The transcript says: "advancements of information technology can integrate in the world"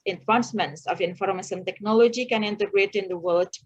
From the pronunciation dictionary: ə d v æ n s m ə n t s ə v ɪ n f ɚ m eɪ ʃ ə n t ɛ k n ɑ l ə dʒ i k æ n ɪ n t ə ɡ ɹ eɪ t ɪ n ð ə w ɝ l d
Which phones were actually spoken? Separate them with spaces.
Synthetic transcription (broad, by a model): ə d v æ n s m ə n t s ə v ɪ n f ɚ m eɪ s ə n t ɛ k n ɑ l ə dʒ i k æ n ɪ n t ə ɡ ɹ eɪ t ɪ n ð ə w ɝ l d